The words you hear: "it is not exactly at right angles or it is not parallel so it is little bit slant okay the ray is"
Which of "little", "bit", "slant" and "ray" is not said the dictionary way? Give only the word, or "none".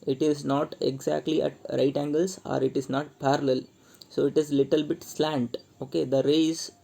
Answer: none